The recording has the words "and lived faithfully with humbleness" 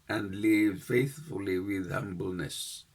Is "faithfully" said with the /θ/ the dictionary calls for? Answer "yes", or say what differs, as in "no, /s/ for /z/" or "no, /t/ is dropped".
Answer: yes